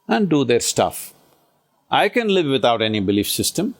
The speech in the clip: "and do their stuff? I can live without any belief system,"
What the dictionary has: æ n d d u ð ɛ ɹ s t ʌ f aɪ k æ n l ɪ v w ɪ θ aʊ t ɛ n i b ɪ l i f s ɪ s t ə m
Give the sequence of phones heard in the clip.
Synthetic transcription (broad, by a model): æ n d d u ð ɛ ɹ s t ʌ f aɪ k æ n l ɪ v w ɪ t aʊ t ɛ n i b ɪ l i f s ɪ s t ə m